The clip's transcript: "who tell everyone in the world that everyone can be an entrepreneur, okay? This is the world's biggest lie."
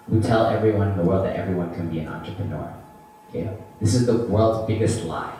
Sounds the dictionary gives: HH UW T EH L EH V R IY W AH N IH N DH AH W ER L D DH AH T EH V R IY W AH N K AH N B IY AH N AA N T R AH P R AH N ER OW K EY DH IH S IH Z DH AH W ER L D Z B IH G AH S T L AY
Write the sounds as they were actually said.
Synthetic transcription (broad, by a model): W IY T EH L EH V R IY W AH N IH N DH AH W ER L D DH AH T EH V R IY W AH N K AH N B IY AH N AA N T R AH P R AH N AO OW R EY DH IH S IH Z DH AH W ER L D Z B IH G AH S T L AY